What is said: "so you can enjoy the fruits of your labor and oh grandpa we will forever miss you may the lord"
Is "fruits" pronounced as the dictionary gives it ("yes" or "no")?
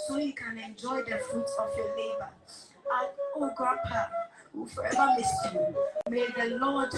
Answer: no